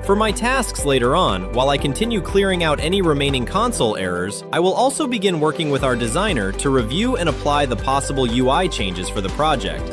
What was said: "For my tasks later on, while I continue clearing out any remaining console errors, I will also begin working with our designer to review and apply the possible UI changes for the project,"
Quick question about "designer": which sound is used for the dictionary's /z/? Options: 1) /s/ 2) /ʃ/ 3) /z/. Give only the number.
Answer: 3